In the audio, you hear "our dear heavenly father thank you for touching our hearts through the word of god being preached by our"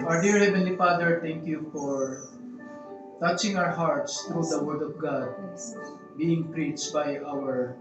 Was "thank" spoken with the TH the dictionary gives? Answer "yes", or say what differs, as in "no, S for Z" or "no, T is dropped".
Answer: no, T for TH